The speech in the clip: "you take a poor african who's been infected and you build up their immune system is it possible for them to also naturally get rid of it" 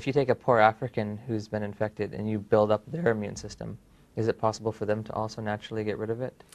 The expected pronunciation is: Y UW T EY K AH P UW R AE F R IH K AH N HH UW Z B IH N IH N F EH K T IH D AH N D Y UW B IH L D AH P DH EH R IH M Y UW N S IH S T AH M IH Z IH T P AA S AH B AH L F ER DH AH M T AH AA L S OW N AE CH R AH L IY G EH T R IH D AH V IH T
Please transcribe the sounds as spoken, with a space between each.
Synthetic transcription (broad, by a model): Y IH T EY K AH P UW R AE F R IH K AH N HH UW Z B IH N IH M F EH K T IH D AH N Y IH B IH L D AH P DH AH R IH M Y UW N S IH S T AH M IH Z IH T P AA S AH B L F ER DH AH M T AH AA L S OW N AE CH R L IY G EH T R IH D AH V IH T